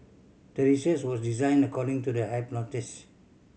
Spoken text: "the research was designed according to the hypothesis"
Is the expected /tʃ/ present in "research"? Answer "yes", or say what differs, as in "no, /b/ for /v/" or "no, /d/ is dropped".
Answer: no, /s/ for /tʃ/